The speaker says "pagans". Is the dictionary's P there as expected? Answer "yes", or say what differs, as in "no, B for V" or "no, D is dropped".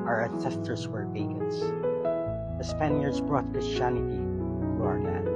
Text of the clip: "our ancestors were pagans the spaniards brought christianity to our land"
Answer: no, B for P